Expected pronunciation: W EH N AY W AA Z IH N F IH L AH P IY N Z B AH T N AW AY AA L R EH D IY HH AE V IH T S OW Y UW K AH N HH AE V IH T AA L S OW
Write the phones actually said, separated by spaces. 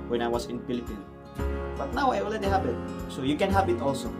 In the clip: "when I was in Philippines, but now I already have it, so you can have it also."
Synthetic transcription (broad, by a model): W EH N AY W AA S IH N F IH L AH P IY N B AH T N AW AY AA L EH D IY HH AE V IH T S OW Y UW K AH N HH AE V IH T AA L S OW